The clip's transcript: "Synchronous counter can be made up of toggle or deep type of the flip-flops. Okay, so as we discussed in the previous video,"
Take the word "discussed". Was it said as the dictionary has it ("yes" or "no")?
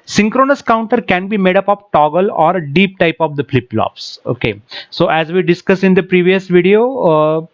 no